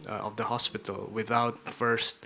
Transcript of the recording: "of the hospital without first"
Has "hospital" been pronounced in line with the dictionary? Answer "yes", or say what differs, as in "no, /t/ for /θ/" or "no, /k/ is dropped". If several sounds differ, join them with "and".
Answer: yes